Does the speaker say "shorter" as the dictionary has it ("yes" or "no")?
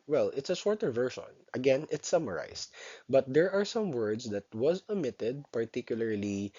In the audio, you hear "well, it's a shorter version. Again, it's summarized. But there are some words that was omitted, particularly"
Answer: no